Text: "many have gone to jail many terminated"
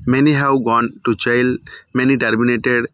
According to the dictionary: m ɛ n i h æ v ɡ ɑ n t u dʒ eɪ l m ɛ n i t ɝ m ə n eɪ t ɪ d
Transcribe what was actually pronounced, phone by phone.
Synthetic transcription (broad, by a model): m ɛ n i h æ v ɡ ɑ n t u tʃ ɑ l m ɛ n i t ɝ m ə n eɪ t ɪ d